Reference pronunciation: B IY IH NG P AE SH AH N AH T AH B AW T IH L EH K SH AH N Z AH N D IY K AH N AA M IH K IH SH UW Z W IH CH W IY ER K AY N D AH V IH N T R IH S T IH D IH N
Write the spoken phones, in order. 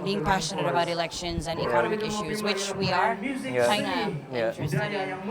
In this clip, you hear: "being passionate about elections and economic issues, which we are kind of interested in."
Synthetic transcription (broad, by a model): B IY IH NG P AE SH AH N AH T AH B AW T IH L EH K SH AH N Z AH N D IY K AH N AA M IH K IH SH UW Z W IH CH W IY ER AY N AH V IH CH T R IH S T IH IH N